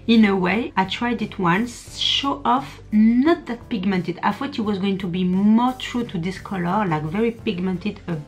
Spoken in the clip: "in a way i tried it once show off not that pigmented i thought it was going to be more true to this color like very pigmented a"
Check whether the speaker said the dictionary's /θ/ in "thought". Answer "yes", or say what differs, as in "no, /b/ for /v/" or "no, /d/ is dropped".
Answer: no, /f/ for /θ/